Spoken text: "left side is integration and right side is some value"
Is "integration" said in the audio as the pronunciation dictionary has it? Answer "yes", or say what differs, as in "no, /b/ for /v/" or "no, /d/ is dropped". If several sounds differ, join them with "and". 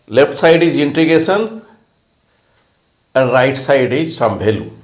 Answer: no, /ɹ/ is dropped and /s/ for /ʃ/